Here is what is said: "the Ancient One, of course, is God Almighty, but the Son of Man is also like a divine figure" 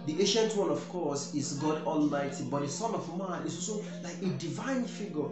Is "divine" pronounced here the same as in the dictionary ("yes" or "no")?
yes